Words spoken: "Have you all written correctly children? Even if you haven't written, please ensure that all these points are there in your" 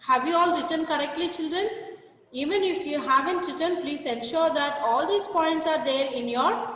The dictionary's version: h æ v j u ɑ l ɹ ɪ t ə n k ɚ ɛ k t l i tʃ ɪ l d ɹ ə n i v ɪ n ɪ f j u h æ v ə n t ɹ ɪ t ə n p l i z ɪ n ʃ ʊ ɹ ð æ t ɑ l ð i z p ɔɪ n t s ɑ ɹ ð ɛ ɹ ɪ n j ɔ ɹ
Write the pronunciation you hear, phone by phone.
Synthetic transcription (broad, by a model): h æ v j u ɑ l ɹ ɪ t ə n k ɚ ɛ k t l i tʃ ɪ l d ɹ ə n i v ɪ n ɪ f j u h æ v ə n t ɹ ɪ t ə n p l i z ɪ n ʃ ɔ ɹ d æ t ɑ l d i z p ɔɪ n t s ɑ ɹ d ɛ ɹ ɪ n j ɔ ɹ